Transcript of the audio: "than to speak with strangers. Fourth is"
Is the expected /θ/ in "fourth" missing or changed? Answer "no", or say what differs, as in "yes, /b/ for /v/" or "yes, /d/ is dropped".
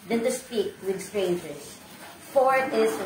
yes, /t/ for /θ/